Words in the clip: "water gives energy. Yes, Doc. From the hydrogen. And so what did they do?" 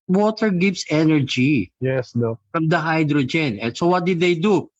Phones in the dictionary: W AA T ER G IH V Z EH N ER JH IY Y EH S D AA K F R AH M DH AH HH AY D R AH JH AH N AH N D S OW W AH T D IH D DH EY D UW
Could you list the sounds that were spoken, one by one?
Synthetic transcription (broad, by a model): W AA T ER G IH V S EH N ER JH IY Y EH S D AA F R AH M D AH HH AY D R AH JH AH N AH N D S OW W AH T D IH D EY D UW